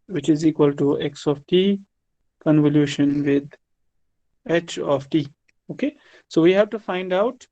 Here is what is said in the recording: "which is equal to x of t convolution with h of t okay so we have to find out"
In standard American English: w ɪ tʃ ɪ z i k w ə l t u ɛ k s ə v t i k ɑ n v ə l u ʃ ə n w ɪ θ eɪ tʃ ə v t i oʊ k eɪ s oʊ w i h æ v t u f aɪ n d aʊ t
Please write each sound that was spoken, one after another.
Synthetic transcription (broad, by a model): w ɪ tʃ ɪ z i k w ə l t u ɛ k s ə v t i k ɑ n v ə l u ʃ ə n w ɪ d eɪ tʃ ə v t i oʊ k eɪ s oʊ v i h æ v t u f aɪ n d aʊ t